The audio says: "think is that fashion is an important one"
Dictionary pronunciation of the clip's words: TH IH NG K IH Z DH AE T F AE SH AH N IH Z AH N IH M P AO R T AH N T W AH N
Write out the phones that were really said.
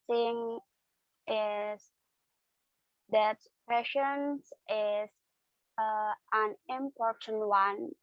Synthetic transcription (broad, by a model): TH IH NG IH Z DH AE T P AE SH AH N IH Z AH N IH M P AO R T AH N T W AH N